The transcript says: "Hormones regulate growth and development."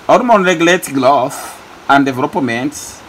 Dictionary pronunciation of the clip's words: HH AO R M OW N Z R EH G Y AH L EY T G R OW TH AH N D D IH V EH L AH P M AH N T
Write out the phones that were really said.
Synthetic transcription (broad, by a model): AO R M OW N R EH G Y AH L EY T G L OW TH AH N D D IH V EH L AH P M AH N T